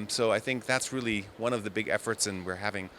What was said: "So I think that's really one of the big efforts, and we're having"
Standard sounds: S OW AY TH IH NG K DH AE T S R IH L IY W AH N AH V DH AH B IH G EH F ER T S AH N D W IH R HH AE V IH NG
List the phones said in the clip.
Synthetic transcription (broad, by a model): S OW AY TH IH NG K DH AE T S R IH L IY W AH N AH V DH AH B IH G EH F ER T S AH N W IH R HH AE V IH NG